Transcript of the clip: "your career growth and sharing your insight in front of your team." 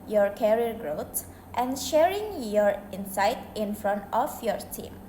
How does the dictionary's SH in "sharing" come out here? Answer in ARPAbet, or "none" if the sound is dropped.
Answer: SH